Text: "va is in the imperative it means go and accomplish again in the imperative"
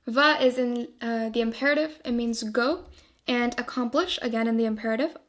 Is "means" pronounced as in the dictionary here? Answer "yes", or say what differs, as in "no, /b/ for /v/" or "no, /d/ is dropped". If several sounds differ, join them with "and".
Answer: yes